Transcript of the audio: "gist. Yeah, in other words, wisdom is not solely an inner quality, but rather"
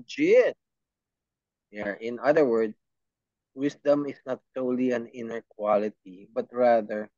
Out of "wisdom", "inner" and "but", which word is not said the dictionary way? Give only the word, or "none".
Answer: wisdom